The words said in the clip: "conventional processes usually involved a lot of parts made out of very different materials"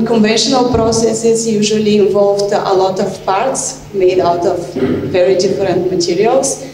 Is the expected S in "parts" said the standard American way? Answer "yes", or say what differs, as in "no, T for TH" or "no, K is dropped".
yes